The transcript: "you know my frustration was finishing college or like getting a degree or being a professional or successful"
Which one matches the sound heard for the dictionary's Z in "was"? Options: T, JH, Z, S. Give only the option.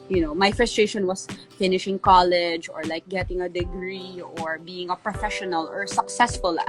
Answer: S